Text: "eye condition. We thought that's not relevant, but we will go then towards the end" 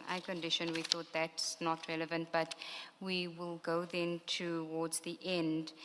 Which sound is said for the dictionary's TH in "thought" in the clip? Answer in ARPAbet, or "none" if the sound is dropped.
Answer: TH